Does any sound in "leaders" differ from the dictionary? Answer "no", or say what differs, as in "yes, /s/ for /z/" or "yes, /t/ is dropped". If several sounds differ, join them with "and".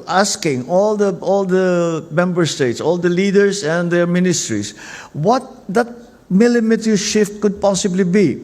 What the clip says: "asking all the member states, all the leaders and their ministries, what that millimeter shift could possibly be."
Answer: yes, /s/ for /z/